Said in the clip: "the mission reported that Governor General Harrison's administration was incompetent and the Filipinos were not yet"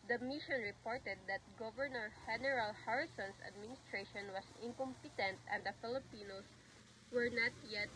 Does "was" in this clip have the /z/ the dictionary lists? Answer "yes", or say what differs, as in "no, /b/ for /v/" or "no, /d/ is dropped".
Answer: no, /s/ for /z/